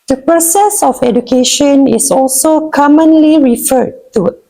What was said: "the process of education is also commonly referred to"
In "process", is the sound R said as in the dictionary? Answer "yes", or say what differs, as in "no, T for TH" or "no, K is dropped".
yes